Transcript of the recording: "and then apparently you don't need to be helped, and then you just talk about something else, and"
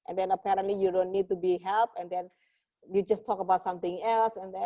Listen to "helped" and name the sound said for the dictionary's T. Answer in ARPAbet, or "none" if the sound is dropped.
none